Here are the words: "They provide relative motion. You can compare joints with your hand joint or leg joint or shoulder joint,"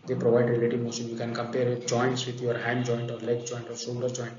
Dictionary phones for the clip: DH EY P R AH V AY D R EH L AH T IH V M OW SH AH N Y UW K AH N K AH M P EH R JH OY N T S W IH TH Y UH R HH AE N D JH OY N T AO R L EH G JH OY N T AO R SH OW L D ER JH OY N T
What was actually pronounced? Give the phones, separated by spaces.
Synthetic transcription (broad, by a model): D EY P R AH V AY D R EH L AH T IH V M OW S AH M Y UW K AH N K AH M P EH R JH OY N T S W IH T Y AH R HH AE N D JH OY N T AO R L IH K JH OY N T AO R S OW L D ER JH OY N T